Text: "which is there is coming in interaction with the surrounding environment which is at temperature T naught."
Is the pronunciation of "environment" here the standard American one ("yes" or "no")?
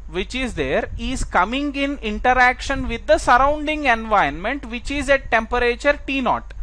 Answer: no